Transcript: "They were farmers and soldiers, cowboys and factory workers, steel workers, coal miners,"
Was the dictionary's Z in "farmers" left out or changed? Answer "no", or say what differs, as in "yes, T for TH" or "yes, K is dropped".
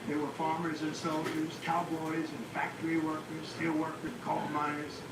no